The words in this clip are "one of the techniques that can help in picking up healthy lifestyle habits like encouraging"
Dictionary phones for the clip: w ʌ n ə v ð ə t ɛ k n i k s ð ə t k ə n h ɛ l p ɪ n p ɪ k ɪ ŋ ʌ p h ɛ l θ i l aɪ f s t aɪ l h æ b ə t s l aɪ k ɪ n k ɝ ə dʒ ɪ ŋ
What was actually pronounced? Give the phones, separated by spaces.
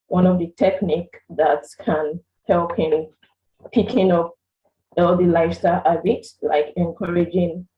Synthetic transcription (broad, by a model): w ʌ n ə v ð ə t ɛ k n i k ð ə t k ə n h ɛ l p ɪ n p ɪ k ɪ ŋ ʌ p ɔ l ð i l aɪ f s t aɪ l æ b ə t s l aɪ k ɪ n k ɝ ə dʒ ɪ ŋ